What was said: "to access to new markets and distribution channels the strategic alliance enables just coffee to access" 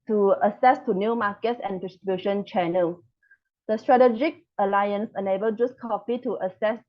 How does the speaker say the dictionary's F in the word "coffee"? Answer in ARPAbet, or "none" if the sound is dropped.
P